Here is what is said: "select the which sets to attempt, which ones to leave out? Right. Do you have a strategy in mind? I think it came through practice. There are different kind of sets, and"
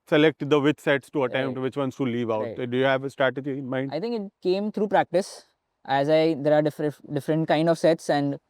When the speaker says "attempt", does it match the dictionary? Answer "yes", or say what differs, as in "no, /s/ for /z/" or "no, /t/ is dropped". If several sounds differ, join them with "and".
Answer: no, /p/ is dropped